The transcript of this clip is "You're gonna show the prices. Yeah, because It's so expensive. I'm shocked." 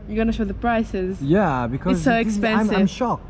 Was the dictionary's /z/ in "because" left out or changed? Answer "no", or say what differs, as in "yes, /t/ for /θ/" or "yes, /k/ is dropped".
yes, /z/ is dropped